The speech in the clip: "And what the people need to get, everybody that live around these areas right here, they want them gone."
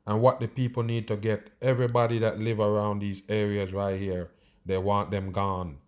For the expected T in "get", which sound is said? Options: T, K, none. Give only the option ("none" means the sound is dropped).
T